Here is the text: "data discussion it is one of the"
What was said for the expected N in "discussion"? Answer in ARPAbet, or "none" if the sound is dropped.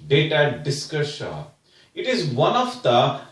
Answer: none